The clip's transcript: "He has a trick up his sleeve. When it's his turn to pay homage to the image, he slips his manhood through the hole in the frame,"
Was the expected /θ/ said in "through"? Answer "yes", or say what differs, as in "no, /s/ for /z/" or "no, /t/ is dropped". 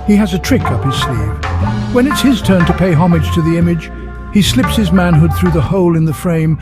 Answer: yes